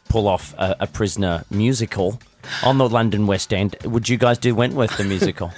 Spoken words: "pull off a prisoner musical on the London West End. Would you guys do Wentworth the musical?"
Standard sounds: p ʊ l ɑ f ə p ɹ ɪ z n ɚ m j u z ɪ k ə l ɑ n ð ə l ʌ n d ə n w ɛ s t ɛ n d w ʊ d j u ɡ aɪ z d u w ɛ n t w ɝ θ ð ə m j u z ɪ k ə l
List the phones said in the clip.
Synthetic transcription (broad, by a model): p ʊ l ɑ f ə p ɹ ɪ z n ɚ m j u z ɪ k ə l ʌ n ð ə l ʌ n d ə n w ɛ s t ɛ n d w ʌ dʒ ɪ ɡ aɪ z d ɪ w ɛ n t w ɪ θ ð ə m j u z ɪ k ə l